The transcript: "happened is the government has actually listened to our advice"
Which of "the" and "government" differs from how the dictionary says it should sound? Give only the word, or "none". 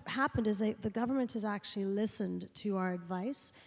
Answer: none